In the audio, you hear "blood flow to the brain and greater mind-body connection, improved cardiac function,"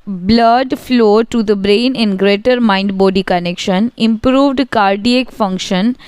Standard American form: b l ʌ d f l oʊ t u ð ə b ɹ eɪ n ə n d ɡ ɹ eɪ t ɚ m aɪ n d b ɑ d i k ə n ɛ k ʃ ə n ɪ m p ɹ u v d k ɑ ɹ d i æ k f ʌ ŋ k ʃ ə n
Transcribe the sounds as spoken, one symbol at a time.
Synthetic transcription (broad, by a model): b l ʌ d f l oʊ t u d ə b ɹ eɪ n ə n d ɡ ɹ eɪ t ɚ m aɪ n d b ɑ d i k ə n ɛ k ʃ ə n ɪ m p ɹ u v d k ɑ ɹ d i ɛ k f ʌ ŋ k ʃ ə n